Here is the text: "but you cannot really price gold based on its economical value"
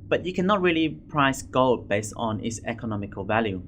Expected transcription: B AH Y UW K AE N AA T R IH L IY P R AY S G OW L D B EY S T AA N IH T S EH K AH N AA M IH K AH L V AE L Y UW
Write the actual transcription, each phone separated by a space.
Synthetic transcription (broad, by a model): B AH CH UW K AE N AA T R IH L IY P R AY S G OW L D B EY S T N IH T S EH K AH N AA M IH K AH L V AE L Y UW